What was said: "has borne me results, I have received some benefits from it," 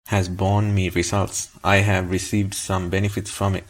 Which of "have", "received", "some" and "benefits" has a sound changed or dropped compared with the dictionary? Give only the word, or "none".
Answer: none